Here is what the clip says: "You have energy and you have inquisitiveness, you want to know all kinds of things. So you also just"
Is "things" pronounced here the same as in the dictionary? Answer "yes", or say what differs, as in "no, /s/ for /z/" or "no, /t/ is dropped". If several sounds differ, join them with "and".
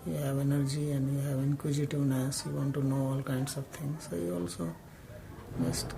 no, /t/ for /θ/